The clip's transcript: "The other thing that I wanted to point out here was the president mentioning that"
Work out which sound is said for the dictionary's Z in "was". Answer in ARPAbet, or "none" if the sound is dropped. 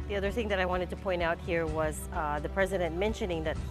Z